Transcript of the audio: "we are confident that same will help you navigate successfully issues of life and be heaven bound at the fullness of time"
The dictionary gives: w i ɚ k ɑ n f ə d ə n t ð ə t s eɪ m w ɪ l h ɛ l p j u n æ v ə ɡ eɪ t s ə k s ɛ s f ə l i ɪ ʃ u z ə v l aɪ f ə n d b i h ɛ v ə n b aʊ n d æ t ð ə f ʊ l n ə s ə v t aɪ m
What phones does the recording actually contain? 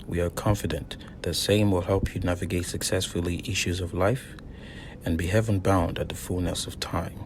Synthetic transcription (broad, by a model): w i ɚ k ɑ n f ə d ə n ð ə t s eɪ m w ɪ l h ɛ l p j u n æ v ə ɡ eɪ t s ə k s ɛ s f l i ɪ ʃ u z ə v l aɪ f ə n b i h ɛ v ə n b aʊ n d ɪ t ð ə f ʊ l n ə s ə v t aɪ m